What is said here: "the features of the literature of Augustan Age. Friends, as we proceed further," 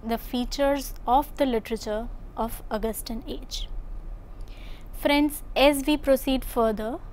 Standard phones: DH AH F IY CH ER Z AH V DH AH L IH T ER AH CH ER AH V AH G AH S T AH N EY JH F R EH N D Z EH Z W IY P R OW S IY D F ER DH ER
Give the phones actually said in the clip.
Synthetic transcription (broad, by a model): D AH F IY CH ER Z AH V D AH L IH T ER AH CH ER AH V AH G AH S T AH N EY JH F R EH N D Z EH Z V IY P R OW S IY D F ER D ER